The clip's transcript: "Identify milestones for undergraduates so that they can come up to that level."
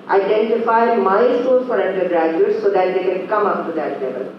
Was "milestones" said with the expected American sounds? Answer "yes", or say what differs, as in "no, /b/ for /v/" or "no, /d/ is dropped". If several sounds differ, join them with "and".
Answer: no, /l/ is dropped